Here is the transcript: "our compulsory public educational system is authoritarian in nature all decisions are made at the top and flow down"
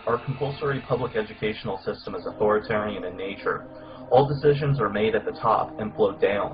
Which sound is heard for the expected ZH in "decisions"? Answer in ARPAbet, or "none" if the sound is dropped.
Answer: ZH